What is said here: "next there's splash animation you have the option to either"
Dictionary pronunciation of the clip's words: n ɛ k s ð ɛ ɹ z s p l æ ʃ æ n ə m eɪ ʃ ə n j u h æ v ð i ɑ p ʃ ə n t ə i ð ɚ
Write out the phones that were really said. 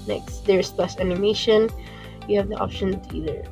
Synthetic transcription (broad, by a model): n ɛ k s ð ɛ ɹ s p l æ s æ n ə m eɪ ʃ ə n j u h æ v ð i ɑ p ʃ ə n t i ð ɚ